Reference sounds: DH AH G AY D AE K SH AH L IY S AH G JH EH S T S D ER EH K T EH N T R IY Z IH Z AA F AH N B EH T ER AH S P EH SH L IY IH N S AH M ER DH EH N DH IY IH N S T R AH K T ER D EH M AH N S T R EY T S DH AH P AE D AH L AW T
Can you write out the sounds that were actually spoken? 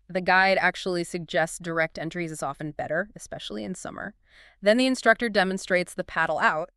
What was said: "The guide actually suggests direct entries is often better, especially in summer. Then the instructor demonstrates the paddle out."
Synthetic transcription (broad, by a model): DH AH G AY D AE K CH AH L IY S AH G JH EH S T S D ER EH K T EH N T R IY Z IH Z AA F AH N B EH T ER AH S P EH SH L IY IH N S AH M ER DH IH N DH IY IH N S T R AH K T ER D EH M AH N S T R EY T S DH AH P AE D L AW T